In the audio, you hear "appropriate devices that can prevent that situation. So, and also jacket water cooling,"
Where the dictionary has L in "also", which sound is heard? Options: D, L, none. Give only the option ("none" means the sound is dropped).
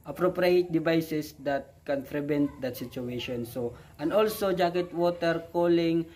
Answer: L